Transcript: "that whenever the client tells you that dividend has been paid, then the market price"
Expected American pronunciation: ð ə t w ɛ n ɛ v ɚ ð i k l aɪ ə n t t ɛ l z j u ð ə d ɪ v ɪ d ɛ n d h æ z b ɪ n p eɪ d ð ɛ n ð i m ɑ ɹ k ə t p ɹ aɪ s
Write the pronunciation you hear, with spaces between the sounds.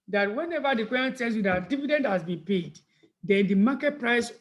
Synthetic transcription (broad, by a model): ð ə t w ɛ n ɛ v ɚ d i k w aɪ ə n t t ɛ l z j u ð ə d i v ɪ d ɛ n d h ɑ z b ɪ n p eɪ d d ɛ n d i m ɑ k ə t p ɹ aɪ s